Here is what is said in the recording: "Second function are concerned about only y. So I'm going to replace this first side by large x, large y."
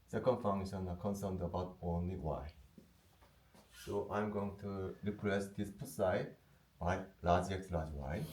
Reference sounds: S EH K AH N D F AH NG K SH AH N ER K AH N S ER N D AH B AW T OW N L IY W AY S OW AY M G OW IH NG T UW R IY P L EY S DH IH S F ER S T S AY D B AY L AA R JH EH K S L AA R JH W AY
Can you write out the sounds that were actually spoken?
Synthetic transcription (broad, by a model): S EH K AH N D F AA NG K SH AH N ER K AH N S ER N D AH B AW T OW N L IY W AY S OW AY M G OW IH NG T UW R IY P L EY S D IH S P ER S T S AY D B AY L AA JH EH K S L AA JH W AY